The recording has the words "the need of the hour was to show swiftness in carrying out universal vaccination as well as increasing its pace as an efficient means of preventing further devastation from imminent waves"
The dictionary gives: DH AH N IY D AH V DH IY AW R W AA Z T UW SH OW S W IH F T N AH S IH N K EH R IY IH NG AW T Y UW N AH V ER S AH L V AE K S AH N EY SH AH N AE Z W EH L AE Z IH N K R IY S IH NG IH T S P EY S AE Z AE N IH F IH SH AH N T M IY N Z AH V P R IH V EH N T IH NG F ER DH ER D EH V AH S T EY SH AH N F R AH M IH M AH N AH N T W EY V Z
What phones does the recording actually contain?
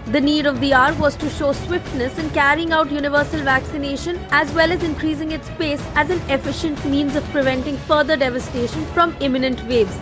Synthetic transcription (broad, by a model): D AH N IY D AH V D IY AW R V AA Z T UW SH OW S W IH F T N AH S IH N K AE R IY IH NG AW T Y UW N AH V ER S AH L V AE K S AH N EY SH AH N AE Z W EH L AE Z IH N K R IY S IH NG IH T S P EY S AE Z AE N IH F IH SH AH N T M IY N Z AH V P R IH V EH N T IH NG F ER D ER D EH V AH S T EY SH AH N F R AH M IH M AH N AH N T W EY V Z